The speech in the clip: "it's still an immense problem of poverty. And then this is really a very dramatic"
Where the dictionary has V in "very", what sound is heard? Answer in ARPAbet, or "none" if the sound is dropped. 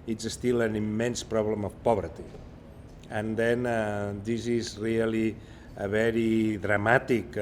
B